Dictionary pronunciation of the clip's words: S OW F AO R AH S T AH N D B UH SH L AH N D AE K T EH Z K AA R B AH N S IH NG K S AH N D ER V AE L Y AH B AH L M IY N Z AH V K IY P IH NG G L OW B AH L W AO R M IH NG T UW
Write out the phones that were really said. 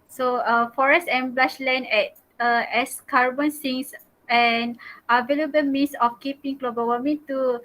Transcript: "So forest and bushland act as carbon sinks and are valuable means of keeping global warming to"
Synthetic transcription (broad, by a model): S OW F AO R AH S T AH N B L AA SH L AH N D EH T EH S K AA R B AH N S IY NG S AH N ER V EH L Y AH B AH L M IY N S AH F K IY P IH NG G L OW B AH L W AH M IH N T UW